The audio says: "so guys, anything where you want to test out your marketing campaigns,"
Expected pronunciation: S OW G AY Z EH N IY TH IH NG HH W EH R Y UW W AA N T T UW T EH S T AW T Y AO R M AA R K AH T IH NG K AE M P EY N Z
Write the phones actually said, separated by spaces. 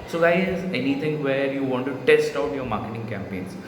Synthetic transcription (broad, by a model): S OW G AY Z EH N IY T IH NG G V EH R Y UW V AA N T T UW T EH S T AW T Y AO R M AA R K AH T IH NG K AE M P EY N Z